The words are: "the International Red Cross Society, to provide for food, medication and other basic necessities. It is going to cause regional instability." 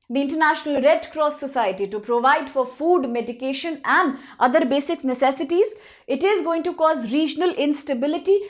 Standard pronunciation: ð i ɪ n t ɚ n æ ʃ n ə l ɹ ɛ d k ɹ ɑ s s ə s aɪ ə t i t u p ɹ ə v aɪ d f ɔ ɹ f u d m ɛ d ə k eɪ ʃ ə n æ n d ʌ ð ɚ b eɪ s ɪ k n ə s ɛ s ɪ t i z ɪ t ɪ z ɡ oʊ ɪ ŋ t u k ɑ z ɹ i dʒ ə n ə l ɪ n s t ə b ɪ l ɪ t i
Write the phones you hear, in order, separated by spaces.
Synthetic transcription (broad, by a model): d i ɪ n t ɚ n æ ʃ n ə l ɹ ɛ d k ɹ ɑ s s ə s aɪ ə t i t u p ɹ ə v aɪ d f ɔ ɹ f u d m ɛ d ə k eɪ ʃ ə n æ n d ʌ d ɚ b eɪ s ɪ k n ə s ɛ s ɪ t i z ɪ t ɪ z ɡ oʊ ɪ ŋ t u k ɑ z ɹ i dʒ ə n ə l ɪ n s t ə b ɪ l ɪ t i